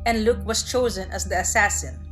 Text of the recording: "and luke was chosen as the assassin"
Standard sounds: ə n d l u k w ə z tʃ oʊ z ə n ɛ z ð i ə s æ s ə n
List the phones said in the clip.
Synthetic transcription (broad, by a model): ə n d l u k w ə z tʃ oʊ z ə n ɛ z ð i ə s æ s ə n